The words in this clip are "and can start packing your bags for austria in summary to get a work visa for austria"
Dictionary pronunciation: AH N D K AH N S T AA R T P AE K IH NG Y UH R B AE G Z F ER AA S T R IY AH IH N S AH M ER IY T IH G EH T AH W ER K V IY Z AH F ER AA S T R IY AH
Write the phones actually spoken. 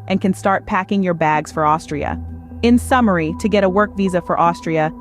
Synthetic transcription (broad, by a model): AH N K AH N S T AA R T P AE K IH NG Y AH R B AE G Z F ER AA S T R IY AH IH N S AH M ER IY T IH G EH T AH W ER K V IY Z AH F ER AA S T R IY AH